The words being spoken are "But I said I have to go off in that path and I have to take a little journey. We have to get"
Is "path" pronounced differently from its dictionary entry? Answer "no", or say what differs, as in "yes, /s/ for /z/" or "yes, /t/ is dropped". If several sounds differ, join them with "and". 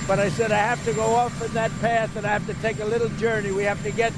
no